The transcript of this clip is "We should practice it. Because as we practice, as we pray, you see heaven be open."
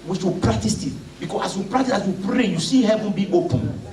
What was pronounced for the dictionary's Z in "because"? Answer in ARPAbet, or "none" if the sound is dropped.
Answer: S